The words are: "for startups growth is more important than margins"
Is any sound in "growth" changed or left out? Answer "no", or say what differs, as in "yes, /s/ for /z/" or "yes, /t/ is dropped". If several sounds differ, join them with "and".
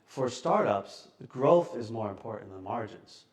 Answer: no